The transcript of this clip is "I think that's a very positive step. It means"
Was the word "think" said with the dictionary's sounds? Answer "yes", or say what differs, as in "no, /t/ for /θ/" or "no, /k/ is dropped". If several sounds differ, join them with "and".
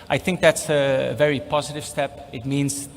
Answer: yes